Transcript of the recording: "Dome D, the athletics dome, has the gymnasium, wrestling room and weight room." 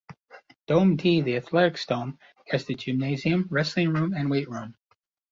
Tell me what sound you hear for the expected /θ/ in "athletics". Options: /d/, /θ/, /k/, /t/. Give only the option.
/θ/